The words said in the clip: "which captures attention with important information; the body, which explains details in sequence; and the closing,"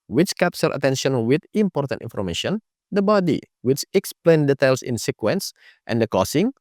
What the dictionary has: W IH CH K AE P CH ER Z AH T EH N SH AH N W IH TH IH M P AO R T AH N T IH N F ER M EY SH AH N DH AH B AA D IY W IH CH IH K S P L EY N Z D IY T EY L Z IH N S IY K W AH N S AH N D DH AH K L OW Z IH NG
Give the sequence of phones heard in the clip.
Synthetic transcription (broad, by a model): W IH CH K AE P S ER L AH T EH N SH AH N W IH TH IH M P AO R T AH N T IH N F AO M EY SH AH N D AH B AA D IY W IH CH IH K S P L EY N D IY T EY L S IH N S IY K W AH N S AH N D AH K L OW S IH NG